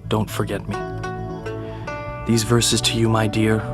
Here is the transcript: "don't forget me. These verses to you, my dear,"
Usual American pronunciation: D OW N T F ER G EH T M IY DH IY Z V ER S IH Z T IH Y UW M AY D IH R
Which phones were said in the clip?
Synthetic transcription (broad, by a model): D OW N T F ER G EH T M IY DH IY Z V ER S IH Z T IH Y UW M AY D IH R